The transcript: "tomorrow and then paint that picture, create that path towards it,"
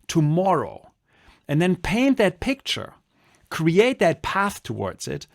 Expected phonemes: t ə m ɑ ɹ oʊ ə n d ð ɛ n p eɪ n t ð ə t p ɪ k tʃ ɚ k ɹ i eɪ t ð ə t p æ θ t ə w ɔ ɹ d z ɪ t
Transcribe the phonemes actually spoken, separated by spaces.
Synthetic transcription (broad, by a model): t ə m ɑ ɹ oʊ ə n ð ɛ n p eɪ n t ð ə t p ɪ k tʃ ɚ k ɹ i eɪ t ð ə t p æ θ t ə w ɔ ɹ d z ɪ t